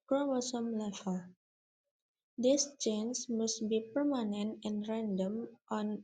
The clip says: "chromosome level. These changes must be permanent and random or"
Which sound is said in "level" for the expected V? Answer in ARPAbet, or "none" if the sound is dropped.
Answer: F